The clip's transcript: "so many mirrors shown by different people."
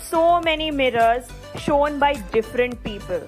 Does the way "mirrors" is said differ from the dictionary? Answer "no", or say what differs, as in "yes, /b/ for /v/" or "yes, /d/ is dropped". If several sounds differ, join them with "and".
no